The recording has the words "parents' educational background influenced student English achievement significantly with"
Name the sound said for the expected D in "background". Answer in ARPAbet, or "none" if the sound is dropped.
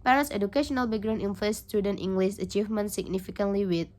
none